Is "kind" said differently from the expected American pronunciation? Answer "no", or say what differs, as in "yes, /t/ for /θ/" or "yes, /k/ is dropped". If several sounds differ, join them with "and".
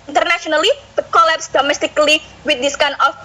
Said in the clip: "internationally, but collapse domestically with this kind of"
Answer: yes, /d/ is dropped